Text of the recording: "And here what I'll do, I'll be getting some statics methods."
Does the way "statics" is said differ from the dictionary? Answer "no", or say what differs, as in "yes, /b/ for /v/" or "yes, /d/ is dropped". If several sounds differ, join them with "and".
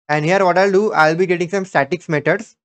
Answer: no